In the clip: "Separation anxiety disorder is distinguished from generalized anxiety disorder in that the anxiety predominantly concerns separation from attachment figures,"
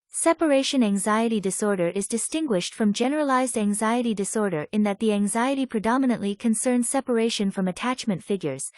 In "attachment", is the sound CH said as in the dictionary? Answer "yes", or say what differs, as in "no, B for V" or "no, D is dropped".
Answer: yes